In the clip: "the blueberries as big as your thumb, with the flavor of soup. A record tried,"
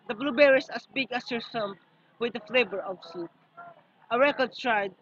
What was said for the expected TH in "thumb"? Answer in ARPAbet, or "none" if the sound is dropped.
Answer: S